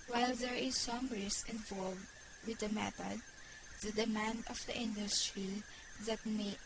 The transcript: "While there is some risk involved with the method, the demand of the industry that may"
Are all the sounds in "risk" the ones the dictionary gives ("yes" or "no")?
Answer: no